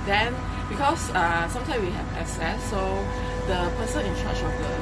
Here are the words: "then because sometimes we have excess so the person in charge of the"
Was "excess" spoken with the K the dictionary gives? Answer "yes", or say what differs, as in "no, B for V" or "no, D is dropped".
no, K is dropped